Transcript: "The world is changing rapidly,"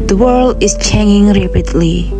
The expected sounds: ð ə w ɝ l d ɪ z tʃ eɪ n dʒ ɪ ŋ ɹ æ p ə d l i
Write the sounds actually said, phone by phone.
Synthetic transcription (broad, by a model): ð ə w ɝ l d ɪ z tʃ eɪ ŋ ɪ ŋ ɹ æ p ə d l i